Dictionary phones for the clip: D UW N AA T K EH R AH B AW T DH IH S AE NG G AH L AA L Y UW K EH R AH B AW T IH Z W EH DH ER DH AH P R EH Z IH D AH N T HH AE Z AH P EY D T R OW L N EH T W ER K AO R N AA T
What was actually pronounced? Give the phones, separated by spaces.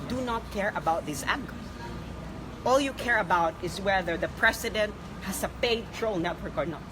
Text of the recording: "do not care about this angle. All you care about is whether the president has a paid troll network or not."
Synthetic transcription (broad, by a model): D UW N AA T K EH R AH B AW T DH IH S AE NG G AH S AA L Y UW K EH R AH B AW T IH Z W EH DH ER DH AH P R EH S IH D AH N T HH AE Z AH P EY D T R OW L N EH T W ER K AO R N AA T